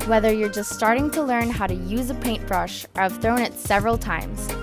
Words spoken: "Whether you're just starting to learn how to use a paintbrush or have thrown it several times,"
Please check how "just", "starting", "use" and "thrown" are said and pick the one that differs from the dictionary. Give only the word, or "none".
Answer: none